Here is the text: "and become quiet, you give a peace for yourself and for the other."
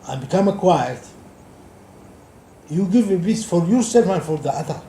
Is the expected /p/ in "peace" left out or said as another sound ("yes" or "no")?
yes